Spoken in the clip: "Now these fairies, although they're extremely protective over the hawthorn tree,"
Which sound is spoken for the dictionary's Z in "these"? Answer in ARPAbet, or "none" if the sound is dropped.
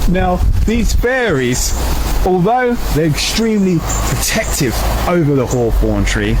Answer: Z